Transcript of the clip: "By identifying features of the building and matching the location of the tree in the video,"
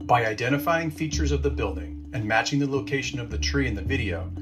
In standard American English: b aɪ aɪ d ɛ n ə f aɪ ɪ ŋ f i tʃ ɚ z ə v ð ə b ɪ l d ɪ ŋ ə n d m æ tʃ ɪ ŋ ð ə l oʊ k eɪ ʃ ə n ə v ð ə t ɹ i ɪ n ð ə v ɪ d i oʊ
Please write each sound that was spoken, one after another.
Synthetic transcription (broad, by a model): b aɪ aɪ d ɛ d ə f aɪ ɪ ŋ f i tʃ ɚ z ə v ð ə b ɪ l d ɪ ŋ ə n m æ tʃ ɪ ŋ ð ə l oʊ k eɪ ʃ ə n ə v ð ə t ɹ i ɪ n ð ə v ɪ d i oʊ